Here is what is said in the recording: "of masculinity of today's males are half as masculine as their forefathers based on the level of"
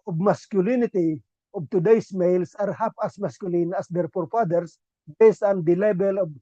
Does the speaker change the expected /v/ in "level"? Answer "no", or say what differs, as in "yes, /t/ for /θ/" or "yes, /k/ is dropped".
yes, /b/ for /v/